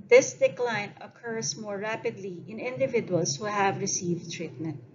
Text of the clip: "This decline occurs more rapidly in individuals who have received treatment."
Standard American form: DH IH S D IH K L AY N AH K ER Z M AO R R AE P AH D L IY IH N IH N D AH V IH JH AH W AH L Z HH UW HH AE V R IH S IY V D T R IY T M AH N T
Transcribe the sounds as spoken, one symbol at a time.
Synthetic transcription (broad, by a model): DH IH S D IH K L AY N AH K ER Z M AO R R AE P AH D L IY IH N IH N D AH V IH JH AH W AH L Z HH UW HH AE V R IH S IY V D T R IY T M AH N T